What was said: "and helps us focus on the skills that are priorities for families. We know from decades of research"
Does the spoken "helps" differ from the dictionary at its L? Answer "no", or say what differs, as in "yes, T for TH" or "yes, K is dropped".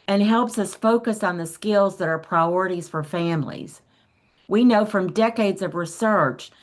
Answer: no